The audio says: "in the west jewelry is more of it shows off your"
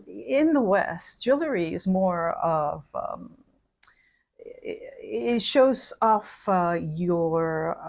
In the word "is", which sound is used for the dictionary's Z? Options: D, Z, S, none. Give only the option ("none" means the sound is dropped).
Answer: Z